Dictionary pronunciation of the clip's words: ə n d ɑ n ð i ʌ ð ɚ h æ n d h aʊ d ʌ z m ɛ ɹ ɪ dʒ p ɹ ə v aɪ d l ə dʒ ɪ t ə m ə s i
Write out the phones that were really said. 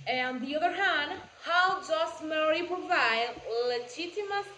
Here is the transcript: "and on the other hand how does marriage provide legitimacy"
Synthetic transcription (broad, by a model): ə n ɑ n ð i ʌ ð ɚ h æ n d h aʊ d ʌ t m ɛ ɹ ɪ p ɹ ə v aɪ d l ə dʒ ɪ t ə m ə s